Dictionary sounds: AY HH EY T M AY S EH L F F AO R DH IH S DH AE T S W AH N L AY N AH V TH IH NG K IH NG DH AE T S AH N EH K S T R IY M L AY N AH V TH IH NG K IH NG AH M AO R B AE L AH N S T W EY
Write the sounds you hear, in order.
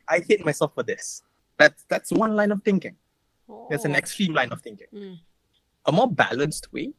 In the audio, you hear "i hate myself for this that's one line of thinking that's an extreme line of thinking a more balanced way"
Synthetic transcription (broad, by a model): AY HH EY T M AY S EH L F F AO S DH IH S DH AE T S W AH N L AY N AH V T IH NG K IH NG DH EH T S AH N EH K S T R IY M L AY N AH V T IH NG K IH NG AH M AO B AE L AH N S T W EY